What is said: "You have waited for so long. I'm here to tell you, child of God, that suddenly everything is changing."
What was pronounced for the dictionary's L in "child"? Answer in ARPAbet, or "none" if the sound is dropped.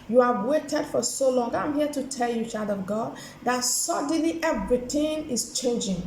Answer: none